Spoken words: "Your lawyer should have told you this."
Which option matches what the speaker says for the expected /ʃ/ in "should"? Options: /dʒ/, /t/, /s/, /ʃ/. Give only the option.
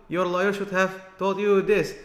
/ʃ/